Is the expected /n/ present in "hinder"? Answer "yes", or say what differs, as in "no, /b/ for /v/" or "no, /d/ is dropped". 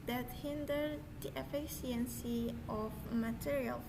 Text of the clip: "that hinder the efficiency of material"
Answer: yes